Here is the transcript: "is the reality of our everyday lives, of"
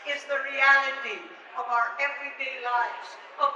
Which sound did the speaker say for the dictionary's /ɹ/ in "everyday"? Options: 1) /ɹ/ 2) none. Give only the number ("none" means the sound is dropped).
1